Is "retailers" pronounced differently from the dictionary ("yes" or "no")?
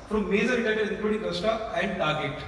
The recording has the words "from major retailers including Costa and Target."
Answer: yes